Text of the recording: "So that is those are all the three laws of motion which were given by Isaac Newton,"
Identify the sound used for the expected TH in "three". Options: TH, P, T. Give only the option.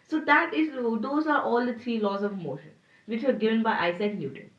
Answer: T